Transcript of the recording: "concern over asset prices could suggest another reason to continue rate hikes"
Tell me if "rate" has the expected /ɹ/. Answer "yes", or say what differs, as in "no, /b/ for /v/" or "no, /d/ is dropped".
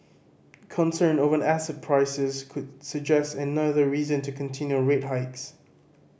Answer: yes